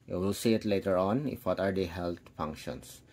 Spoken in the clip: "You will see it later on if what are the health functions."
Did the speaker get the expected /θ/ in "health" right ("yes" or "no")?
no